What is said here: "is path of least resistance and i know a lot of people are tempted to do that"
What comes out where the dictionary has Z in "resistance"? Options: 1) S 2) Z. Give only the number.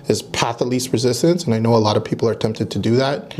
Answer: 2